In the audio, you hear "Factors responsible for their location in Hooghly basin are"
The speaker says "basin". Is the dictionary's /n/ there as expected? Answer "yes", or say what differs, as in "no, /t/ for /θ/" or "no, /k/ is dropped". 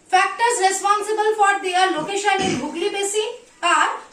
no, /n/ is dropped